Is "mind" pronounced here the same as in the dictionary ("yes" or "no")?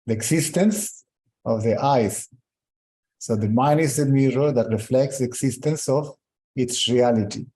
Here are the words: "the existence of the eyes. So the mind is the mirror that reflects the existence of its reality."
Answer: no